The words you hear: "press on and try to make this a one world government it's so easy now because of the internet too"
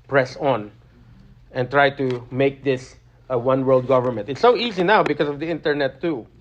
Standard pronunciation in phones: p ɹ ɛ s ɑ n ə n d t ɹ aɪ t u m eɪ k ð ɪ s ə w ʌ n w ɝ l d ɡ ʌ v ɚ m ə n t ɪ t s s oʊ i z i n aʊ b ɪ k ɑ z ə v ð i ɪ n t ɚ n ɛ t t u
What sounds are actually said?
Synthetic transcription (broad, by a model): p ɹ ɛ s ɑ n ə n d t ɹ aɪ t u m eɪ k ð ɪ s ə w ʌ n w ɝ l d ɡ ʌ v ɚ m ə n t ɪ t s s oʊ i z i n aʊ b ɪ k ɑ s ə v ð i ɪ n t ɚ n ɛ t t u